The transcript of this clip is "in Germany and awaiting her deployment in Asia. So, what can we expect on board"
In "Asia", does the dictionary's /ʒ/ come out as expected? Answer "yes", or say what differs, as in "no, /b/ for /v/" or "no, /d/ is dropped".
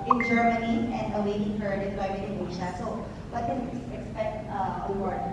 no, /ʃ/ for /ʒ/